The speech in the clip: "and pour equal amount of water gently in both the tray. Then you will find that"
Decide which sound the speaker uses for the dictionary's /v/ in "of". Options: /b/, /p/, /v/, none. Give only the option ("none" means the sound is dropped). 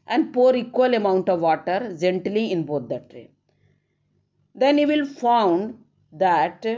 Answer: /v/